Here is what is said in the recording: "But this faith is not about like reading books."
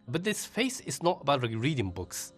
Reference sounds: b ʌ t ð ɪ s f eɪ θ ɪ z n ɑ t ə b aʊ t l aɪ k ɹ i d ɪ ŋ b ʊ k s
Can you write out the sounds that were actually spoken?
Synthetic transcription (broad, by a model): b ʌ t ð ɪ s f eɪ s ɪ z n ɑ t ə b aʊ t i ɹ i d ɪ ŋ b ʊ k s